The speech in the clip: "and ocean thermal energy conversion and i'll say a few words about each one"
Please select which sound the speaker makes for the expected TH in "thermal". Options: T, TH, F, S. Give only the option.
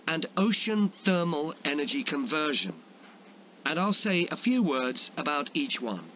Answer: TH